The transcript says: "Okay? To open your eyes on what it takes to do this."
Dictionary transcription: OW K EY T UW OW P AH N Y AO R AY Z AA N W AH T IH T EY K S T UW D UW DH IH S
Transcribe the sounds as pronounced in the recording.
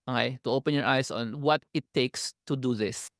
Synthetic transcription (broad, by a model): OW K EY T UW OW P AH N Y AO R AY S AA N W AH T IH T EY K S T UW D UW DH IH S